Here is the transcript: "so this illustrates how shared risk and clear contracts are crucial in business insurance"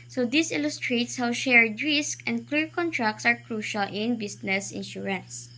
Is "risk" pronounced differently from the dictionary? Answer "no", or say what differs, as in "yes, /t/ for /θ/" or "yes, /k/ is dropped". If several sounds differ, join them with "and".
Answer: no